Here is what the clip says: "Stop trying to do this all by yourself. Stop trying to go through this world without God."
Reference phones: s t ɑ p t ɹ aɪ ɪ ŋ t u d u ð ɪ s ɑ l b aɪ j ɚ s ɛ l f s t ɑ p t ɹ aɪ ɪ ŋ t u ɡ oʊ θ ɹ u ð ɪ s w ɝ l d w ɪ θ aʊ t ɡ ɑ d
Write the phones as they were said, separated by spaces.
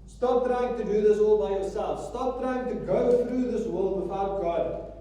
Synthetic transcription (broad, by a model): s t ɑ p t ɹ aɪ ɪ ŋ t u d u ð ɪ s ɑ l b aɪ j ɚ s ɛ l f s t ɑ p t ɹ aɪ ɪ ŋ t u ɡ oʊ θ ɹ u ð ɪ s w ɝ l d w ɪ f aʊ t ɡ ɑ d